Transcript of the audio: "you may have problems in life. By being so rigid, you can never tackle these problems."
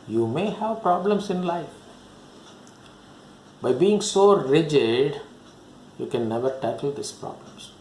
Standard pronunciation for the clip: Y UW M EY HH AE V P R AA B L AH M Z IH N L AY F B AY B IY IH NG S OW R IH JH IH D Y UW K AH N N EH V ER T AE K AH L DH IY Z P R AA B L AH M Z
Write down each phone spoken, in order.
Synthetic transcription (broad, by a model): Y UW M EY HH AE V P R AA B L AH M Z IH N L AY F B AY B IY IH NG S OW R IH JH IH D Y UW K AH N N EH V ER T AE K AH L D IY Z P R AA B L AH M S